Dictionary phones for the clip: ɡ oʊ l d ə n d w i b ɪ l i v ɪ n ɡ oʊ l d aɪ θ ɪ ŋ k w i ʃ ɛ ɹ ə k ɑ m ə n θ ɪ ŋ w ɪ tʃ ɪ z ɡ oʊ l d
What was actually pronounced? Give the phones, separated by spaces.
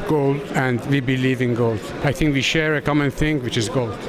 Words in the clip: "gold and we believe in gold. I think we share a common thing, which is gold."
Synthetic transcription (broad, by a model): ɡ oʊ l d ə n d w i b ɪ l i v ɪ n ɡ oʊ l d aɪ θ ɪ ŋ k w i ʃ ɛ ɹ ə k ɑ m ə n θ ɪ ŋ w ɪ tʃ ɪ z ɡ oʊ l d